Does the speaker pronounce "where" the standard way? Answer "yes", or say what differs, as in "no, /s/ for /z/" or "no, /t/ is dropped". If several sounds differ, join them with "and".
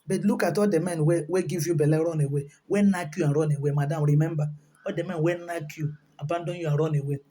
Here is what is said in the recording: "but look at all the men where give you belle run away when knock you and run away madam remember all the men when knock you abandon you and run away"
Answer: no, /w/ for /ɹ/